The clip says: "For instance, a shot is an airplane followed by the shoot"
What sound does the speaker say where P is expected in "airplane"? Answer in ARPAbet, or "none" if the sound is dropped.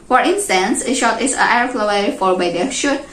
F